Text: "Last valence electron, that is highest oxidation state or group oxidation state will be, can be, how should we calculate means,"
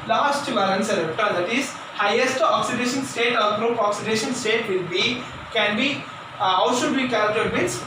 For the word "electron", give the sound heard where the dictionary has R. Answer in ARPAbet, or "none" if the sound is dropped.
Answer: none